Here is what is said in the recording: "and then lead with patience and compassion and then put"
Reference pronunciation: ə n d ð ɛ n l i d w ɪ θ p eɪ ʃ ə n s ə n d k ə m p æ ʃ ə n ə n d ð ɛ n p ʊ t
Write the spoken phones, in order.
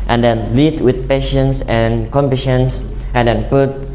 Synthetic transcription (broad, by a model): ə n d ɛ n l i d w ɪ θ p eɪ ʃ ə n s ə n k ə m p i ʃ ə n ə n d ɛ n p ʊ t